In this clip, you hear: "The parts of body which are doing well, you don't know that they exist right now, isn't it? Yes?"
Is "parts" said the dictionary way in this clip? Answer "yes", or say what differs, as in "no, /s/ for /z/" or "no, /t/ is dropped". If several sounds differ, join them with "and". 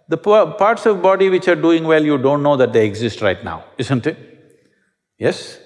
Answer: yes